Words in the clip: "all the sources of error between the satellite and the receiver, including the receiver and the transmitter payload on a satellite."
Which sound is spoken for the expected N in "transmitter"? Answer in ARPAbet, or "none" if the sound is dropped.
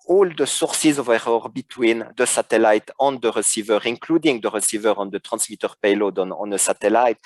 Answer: none